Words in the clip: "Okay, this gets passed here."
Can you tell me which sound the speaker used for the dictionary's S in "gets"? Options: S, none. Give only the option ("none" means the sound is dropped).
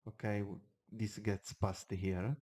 S